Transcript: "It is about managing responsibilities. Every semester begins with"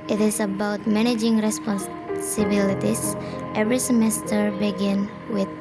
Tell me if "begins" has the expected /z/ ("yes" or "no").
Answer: no